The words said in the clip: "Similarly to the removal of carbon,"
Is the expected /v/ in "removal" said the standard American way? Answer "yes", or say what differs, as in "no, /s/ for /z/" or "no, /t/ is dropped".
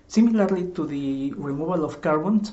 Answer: no, /b/ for /v/